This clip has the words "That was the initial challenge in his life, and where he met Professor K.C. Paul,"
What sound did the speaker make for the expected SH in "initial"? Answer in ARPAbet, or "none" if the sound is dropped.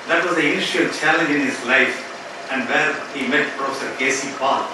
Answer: none